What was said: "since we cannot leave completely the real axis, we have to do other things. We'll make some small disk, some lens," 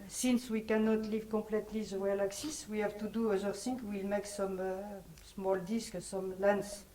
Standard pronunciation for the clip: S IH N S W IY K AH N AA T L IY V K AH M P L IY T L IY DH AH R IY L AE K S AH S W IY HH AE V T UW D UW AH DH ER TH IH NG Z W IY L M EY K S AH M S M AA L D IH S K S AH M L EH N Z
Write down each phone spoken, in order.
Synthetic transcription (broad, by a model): S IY N S W IY K AH N AA T L IY V K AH P L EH T L IY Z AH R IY L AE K S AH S W IY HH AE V T UW D UW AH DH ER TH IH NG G W IY L M EY K S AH M S M AA L D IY S K S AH M L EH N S